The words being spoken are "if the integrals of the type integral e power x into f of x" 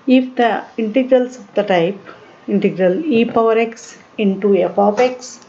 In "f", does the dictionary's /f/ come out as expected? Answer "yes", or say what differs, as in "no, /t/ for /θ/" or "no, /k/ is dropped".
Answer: no, /p/ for /f/